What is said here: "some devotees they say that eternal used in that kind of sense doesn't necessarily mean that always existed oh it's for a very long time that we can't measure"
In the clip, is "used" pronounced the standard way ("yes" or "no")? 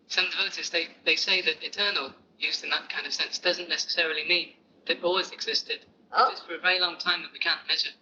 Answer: yes